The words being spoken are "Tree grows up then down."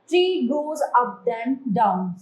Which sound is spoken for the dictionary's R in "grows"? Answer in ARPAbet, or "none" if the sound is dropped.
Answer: none